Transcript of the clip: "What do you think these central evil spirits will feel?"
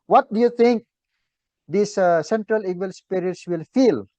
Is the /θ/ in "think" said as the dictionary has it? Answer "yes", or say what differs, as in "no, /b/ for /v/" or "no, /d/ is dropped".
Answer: no, /t/ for /θ/